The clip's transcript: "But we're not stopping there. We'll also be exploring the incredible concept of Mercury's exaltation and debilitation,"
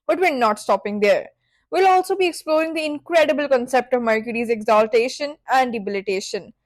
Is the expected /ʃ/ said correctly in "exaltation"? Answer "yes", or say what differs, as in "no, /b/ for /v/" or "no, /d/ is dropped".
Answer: yes